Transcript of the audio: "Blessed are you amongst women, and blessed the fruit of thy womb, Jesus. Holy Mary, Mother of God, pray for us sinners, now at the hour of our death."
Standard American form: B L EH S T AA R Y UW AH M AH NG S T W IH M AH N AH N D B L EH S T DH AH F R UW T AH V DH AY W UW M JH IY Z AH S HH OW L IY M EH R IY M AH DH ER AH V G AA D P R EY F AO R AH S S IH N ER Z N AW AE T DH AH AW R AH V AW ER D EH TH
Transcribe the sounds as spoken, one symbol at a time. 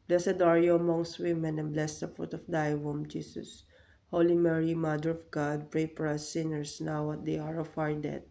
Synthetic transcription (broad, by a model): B L EH S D AA R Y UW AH M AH NG S T W IH M AH N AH N B L EH S T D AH F R UW T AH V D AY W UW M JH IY S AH S HH OW L IY M EH R IY M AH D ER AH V G AA D P R EY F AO R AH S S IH N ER S N AW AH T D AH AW R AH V AW ER D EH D